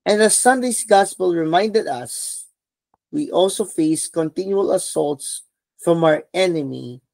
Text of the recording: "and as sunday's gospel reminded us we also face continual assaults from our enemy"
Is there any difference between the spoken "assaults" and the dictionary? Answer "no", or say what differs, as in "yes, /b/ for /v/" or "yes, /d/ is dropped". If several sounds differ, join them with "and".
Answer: no